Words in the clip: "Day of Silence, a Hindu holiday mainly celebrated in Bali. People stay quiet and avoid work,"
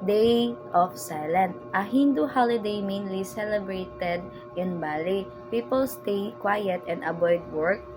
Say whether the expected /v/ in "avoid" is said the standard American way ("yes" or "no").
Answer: no